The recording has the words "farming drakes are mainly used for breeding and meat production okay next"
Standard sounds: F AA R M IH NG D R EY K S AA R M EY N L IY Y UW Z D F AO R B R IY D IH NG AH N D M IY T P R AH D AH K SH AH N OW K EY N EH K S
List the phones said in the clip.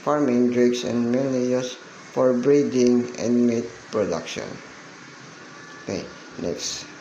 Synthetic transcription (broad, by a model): F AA R M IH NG D R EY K S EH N M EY L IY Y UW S F AO R B R IY D IH NG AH N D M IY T P R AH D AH K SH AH N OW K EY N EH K S